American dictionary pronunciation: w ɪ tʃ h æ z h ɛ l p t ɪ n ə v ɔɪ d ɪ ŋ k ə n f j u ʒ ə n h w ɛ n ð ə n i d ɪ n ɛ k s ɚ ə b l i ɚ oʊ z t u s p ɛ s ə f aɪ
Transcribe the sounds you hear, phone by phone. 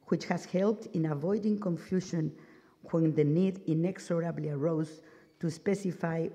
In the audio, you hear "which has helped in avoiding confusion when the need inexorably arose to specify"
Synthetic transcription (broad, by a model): w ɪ tʃ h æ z h ɛ l p t ɪ n ə v ɔɪ d ɪ ŋ k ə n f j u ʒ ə n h w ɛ n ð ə n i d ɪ n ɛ k s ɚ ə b l i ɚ oʊ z t u s p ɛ s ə f aɪ